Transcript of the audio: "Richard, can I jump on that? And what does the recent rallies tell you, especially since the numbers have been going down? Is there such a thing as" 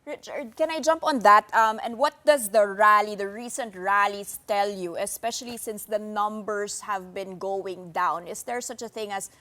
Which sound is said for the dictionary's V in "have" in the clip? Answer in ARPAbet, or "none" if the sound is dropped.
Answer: V